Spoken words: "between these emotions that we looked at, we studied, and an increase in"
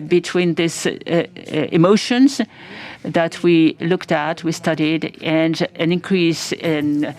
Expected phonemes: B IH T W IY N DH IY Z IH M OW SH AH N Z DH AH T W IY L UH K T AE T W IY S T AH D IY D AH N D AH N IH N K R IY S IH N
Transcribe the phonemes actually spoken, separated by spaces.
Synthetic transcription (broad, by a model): B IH T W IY N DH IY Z IH M OW SH AH N Z DH AH T W IY L UH K T AE T W IY S T AH D IY D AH N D AH N IH N K R IY S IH N